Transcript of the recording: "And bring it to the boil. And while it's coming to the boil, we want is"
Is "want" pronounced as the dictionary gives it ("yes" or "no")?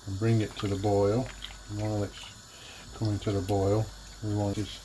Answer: no